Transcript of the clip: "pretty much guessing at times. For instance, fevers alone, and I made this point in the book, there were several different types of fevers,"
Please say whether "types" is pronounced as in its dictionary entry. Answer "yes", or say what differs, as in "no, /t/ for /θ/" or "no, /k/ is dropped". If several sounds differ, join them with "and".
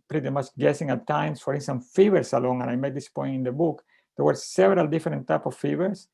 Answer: no, /s/ is dropped